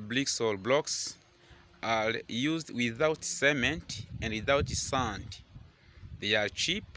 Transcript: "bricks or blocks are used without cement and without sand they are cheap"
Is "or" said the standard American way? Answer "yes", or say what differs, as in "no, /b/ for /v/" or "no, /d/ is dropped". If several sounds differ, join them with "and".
no, /l/ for /ɹ/